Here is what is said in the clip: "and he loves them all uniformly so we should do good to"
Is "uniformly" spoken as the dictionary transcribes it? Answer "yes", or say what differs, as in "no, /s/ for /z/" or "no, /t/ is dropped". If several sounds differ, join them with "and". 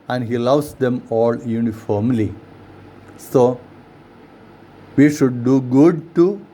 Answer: yes